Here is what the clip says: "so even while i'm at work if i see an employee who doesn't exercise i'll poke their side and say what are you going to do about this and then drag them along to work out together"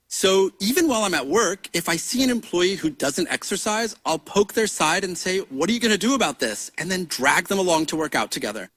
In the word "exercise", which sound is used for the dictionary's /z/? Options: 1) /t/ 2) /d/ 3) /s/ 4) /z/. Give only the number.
4